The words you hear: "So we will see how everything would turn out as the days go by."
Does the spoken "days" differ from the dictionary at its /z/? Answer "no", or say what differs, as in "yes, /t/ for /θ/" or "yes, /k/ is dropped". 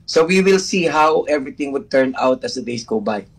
yes, /s/ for /z/